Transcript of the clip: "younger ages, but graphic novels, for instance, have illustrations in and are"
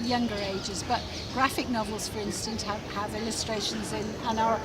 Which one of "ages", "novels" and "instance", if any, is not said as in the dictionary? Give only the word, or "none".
none